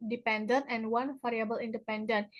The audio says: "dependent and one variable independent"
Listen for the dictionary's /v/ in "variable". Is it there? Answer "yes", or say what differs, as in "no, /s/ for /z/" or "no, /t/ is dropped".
no, /f/ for /v/